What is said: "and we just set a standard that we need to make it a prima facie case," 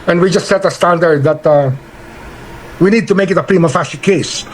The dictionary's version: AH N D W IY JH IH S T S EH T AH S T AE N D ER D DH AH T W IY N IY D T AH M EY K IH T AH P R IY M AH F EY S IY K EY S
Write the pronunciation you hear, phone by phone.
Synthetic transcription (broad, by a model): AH N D W IY JH IH S T S EH T AH S T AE N D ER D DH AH T W IY N IY D T AH M EY K IH T AH P R IY M AH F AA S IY K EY S